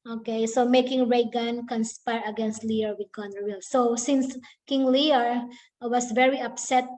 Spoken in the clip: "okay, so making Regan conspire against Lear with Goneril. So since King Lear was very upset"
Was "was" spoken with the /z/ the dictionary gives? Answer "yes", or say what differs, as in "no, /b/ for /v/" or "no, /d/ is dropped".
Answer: no, /s/ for /z/